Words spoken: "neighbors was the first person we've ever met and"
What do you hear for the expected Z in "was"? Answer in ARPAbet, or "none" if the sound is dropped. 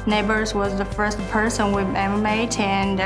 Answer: Z